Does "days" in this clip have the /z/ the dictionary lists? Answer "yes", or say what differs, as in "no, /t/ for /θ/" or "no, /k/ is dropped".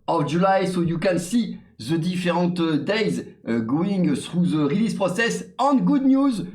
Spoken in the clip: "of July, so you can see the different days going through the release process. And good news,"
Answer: yes